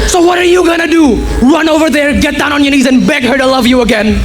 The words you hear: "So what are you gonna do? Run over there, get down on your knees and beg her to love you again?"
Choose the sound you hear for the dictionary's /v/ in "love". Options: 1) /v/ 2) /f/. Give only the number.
1